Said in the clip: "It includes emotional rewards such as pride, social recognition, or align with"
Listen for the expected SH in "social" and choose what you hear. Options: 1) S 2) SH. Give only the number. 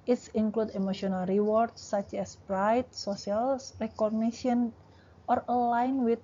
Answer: 1